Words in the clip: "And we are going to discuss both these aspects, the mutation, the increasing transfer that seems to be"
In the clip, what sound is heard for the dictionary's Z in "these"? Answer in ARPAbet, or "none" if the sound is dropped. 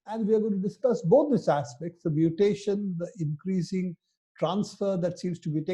S